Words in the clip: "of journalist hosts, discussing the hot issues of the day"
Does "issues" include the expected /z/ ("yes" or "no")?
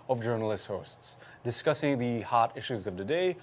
yes